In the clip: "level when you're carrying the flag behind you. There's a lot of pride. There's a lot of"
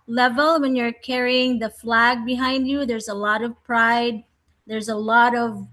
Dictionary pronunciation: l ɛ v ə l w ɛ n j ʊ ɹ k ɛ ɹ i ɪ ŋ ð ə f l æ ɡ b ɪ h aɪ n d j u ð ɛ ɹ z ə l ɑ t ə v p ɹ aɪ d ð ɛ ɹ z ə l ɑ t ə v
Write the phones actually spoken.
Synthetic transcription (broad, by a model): l ɛ v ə l w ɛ n j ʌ ɹ k ɛ ɹ i ɪ ŋ ð ə f l æ ɡ b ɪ h aɪ n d j u ð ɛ ɹ z ə l ɑ t ə v p ɹ aɪ d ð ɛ ɹ z ə l ɑ t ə v